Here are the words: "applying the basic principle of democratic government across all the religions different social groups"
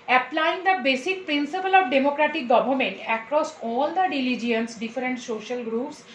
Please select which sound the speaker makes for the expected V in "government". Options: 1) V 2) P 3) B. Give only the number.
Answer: 3